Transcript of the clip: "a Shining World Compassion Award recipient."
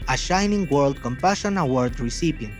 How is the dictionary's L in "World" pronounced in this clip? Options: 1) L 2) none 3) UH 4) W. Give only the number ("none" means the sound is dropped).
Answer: 1